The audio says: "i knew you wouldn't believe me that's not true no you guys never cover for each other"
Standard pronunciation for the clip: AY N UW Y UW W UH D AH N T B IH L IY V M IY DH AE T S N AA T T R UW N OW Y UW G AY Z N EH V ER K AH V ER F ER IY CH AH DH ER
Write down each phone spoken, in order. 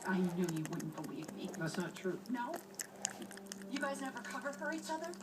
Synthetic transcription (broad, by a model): AY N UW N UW W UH D N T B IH W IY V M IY DH AE T S N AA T T R UW N OW Y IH G AY Z N EH V ER K AH V ER F ER IY CH AH DH ER